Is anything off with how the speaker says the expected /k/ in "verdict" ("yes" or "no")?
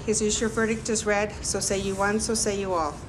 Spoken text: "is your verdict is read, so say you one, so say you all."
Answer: no